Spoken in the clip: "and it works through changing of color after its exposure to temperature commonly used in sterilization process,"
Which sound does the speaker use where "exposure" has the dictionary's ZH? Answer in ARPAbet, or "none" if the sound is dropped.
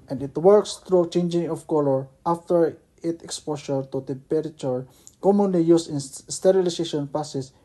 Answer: SH